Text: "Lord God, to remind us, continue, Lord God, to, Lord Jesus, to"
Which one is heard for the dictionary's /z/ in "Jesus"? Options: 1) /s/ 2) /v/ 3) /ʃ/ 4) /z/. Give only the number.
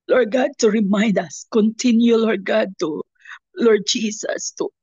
1